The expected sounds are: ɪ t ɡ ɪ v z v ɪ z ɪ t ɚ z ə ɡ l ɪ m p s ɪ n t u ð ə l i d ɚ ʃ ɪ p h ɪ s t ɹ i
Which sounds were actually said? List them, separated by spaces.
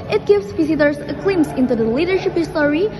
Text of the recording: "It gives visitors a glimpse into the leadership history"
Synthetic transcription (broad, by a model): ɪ t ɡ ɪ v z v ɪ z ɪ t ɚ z ə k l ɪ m s ɪ n t u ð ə l i d ɚ ʃ ɪ p h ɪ s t ɹ i